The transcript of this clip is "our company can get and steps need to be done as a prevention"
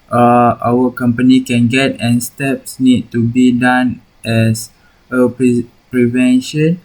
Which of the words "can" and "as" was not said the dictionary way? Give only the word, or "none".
as